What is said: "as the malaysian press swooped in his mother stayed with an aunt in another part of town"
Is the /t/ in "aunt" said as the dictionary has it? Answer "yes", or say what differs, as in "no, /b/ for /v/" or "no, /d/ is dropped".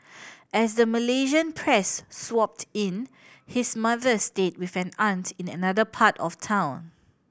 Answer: yes